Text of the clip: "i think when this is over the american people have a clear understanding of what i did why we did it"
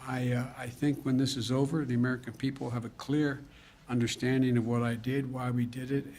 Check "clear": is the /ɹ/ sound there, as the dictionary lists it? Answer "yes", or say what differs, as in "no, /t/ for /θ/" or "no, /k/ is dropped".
yes